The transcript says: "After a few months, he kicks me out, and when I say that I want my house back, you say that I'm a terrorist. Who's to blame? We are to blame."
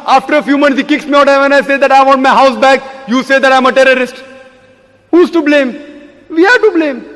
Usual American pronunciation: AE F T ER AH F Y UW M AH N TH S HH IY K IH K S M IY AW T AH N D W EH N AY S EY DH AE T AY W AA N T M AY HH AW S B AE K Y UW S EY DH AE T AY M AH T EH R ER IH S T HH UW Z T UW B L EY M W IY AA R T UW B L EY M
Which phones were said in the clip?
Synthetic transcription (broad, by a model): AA F T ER AH F Y UW M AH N T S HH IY K IH K S M IY AW T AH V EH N AY S EY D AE T AY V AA N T M AY HH AW S B AE K Y UW S EY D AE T AY M AH T EH R ER IH S T HH UW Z T UW B L EY M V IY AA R T UW B L EY M